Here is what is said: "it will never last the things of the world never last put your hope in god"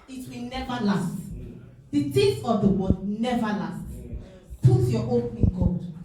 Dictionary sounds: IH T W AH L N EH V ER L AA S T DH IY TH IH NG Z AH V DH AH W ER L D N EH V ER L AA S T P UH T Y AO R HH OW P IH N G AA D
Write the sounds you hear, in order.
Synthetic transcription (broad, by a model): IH T W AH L N EH V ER L AA S T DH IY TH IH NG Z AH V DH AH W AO D N EH V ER L AA S T P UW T Y AO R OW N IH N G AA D